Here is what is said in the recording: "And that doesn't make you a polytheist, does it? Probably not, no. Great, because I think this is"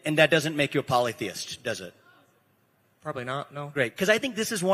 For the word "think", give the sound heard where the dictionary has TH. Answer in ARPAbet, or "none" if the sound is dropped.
TH